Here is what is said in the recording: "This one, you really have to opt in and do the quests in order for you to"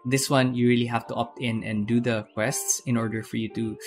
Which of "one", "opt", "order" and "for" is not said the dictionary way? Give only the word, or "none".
none